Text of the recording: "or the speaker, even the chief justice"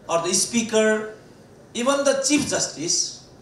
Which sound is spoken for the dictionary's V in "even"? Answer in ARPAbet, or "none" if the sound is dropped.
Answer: B